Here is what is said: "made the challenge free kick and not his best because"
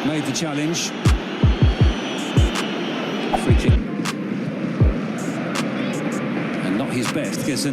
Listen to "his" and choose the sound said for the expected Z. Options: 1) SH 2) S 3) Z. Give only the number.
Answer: 3